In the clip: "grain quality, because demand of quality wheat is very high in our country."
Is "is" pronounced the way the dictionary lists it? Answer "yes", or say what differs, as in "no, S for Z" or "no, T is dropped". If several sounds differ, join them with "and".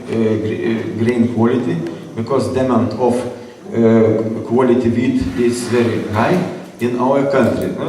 no, S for Z